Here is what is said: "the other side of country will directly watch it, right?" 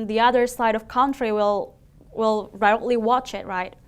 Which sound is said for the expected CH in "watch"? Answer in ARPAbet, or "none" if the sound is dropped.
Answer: CH